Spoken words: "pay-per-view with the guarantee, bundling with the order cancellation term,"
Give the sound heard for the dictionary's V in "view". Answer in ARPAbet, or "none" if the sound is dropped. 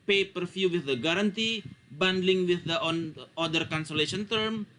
F